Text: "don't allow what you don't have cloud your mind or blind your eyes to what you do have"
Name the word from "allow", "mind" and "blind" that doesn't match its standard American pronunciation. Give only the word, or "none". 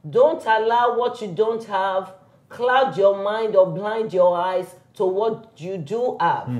none